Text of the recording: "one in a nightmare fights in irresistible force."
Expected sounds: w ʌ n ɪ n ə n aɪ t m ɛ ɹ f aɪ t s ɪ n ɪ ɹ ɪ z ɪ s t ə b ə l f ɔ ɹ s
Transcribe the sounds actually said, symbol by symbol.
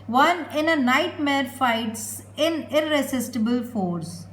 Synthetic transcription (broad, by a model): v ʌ n ɪ n ə n aɪ t m ɛ ɹ f aɪ t s ɪ n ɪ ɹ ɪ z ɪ s t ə b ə l f ɔ ɹ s